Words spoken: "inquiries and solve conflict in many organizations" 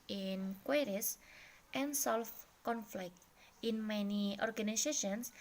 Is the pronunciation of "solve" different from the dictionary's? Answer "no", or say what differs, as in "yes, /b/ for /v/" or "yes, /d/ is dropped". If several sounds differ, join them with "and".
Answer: yes, /f/ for /v/